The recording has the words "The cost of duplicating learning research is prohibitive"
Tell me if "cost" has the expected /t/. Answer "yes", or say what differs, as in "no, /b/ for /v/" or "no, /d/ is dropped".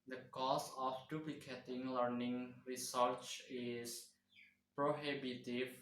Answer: no, /t/ is dropped